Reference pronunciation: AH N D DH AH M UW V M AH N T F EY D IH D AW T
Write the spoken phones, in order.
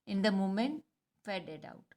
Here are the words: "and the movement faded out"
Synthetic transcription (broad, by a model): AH N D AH M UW M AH N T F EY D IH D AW T